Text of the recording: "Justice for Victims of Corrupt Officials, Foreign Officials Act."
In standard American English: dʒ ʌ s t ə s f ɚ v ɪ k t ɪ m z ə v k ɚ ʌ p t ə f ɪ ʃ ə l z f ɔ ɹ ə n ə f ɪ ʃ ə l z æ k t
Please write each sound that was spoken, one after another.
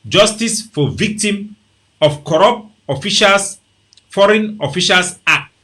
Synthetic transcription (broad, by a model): dʒ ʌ s t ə s f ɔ v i k t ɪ m ə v k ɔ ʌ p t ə f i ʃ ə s f ɔ ɹ ə n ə f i ʃ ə l s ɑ k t